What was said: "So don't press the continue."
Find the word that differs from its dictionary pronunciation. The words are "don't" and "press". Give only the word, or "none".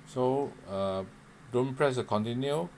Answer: none